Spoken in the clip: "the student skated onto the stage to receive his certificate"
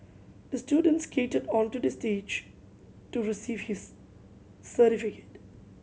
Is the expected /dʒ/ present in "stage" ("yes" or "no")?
yes